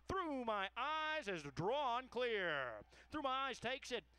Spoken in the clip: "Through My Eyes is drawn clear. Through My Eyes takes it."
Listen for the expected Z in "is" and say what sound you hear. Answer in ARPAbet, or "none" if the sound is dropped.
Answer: Z